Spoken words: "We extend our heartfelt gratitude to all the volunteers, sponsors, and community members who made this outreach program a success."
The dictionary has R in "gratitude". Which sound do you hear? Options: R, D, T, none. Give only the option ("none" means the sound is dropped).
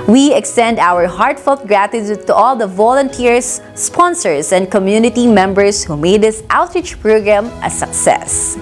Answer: R